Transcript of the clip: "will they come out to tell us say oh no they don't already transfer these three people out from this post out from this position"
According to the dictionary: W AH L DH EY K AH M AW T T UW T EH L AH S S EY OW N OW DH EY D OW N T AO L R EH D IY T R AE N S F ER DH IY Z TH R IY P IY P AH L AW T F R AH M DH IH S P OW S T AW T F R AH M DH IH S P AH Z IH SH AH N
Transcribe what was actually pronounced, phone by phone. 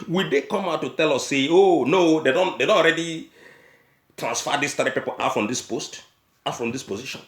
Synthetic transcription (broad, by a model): W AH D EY K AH M AW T T UW T EH L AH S S EY OW N OW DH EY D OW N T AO N R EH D IY T R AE N S F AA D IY S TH R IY P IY P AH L AW T F R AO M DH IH S P OW S T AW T F R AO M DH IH S P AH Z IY SH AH N